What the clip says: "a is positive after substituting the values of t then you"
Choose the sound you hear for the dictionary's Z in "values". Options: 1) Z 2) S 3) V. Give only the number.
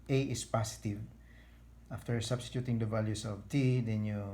2